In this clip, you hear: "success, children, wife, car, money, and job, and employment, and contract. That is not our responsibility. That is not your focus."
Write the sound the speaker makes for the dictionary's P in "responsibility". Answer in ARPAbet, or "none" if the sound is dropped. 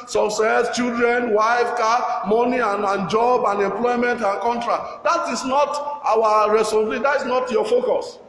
none